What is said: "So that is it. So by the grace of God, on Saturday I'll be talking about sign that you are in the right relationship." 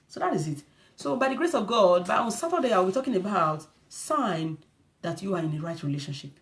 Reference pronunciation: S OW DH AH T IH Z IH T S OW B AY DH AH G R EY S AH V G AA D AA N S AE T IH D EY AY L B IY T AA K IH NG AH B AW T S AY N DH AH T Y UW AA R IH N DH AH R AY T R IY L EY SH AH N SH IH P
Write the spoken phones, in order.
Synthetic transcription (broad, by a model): S OW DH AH T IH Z IH T S OW B AY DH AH G R EY S AH V G AA D AA N S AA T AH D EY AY W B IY T AA K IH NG AH B AW T S AY N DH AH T Y UW AA R IH N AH R AY T R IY L EY SH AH N SH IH P